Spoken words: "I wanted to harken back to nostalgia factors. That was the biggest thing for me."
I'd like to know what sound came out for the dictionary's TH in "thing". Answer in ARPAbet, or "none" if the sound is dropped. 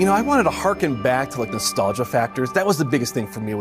TH